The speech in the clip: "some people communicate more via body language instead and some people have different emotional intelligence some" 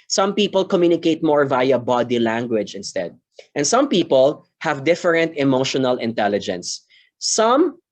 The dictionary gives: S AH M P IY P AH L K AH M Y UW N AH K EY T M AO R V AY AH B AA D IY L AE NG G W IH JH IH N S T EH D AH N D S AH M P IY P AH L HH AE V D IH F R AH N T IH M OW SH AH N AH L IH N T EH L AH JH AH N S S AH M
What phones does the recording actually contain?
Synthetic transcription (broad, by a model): S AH M P IY P AH L K AH M Y UW N AH K EY T M AO R V AY AH B AA D IY L AE NG G W IH JH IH N S T EH D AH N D S AH M P IY P AH L HH AE V D IH F R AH N T IH M OW SH AH N AH L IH N T EH L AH JH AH N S S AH M